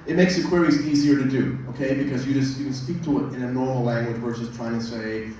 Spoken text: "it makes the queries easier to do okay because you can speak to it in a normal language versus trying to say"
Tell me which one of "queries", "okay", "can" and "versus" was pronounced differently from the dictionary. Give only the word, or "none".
versus